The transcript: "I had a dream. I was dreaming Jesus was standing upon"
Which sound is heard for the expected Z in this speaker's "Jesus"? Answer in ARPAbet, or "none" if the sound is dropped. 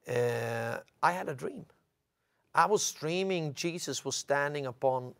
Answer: Z